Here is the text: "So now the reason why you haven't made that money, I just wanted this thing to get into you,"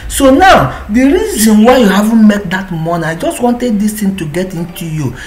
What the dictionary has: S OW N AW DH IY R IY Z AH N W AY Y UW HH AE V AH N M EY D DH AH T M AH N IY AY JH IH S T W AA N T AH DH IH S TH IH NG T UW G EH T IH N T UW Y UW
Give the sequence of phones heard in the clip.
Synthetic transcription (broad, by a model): S OW N AW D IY R IY Z AH N W AY Y UW HH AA V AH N M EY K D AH T M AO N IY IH JH IH S T W AA N T AH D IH S T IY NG T UW G EH T IH N T UW Y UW